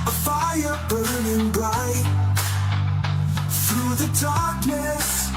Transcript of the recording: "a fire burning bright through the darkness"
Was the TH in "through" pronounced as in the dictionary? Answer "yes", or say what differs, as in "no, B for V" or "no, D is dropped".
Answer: yes